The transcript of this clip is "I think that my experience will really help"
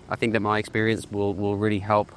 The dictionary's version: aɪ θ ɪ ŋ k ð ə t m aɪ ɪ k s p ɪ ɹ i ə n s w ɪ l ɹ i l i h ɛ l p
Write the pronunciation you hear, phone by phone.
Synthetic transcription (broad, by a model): aɪ θ ɪ ŋ k ð ə t m aɪ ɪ k s p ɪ ɹ i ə n s w ɪ l ɹ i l i h ɛ l p